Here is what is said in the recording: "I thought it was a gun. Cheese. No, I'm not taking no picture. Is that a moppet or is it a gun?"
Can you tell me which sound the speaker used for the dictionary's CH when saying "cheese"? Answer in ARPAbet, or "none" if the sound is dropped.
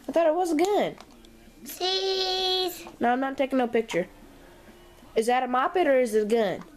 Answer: S